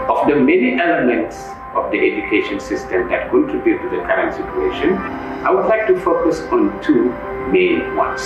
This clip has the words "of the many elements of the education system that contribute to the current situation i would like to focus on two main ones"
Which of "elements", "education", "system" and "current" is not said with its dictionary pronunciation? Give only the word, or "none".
none